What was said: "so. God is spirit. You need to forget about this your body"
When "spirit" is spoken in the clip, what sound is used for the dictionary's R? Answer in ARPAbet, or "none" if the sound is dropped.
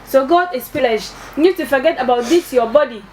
L